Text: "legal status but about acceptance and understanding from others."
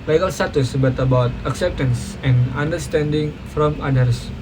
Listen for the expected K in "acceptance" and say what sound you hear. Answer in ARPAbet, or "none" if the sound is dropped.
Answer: K